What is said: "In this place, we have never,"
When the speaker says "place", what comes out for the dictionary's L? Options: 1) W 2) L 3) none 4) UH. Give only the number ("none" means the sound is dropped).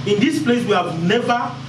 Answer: 2